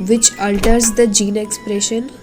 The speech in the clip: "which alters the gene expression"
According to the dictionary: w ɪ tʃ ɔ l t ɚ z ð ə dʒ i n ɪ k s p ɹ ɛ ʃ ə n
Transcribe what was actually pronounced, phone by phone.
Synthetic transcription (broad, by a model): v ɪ tʃ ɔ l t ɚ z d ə dʒ i n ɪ k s p ɹ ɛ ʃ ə n